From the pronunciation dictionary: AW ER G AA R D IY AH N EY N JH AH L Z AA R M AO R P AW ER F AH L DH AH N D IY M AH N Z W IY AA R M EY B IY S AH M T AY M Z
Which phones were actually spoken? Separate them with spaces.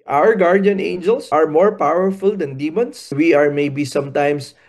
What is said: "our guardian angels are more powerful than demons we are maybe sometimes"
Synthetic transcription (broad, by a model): AW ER G AA R D IY AH N EY N JH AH L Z AA R M AO R P AW ER F AH L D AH N D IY M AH N S W IY AA R M EY B IY S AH M T AY M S